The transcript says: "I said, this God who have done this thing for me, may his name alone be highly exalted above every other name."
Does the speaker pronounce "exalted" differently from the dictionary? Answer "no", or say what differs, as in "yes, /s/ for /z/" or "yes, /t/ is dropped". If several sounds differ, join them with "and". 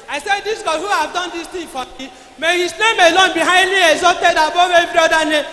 yes, /l/ is dropped